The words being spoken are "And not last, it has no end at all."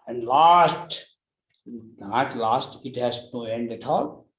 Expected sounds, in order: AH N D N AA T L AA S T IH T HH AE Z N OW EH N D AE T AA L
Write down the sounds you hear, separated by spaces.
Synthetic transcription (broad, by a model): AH N D L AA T L AA S T IH T HH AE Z N OW EH N D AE T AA L